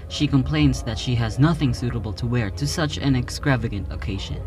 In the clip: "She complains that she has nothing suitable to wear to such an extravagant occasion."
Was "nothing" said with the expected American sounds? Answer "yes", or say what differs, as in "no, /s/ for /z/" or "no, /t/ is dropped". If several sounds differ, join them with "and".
yes